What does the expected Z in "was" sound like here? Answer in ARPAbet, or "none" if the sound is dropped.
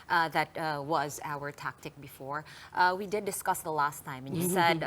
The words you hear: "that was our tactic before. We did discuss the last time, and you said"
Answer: Z